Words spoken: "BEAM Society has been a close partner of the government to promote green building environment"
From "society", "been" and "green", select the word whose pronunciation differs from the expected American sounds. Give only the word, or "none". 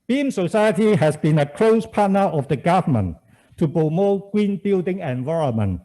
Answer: green